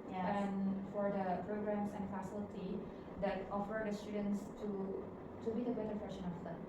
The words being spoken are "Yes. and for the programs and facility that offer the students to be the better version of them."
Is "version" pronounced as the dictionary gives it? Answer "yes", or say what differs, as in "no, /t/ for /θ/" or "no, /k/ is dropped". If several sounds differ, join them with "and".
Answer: no, /ʃ/ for /ʒ/